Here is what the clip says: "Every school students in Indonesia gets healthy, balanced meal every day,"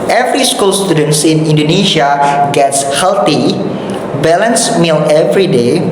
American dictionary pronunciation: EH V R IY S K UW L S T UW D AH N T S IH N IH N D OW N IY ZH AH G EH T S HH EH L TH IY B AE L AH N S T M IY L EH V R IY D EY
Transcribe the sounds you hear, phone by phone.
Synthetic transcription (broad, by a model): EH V R IY S K UW L S T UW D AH N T S IH N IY N D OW N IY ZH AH G EH T S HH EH L T IY B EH L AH N S M IY L EH V R IY D EY